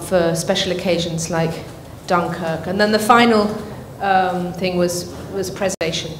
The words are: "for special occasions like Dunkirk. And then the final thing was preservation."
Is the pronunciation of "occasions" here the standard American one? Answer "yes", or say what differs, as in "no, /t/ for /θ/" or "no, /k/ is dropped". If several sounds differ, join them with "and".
yes